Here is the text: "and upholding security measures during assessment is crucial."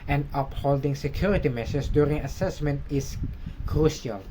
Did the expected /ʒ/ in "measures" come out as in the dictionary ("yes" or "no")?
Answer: no